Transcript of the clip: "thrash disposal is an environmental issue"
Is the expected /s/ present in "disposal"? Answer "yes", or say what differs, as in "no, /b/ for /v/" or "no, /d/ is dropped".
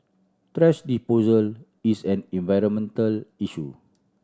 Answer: no, /s/ is dropped